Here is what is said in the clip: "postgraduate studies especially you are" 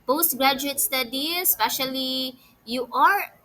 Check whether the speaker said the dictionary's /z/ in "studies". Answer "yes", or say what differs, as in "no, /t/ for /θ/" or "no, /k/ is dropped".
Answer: no, /z/ is dropped